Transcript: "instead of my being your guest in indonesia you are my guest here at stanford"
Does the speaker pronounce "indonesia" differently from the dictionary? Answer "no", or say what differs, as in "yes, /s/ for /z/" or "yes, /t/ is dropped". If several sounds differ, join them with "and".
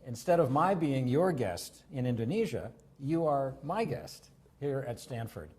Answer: no